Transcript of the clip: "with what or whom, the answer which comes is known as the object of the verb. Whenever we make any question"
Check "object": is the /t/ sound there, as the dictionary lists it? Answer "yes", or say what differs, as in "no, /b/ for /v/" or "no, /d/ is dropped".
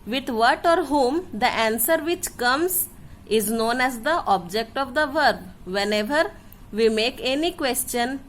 yes